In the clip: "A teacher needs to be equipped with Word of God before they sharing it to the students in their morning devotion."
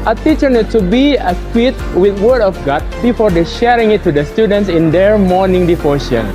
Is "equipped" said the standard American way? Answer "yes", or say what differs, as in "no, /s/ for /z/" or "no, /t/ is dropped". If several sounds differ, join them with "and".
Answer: no, /p/ is dropped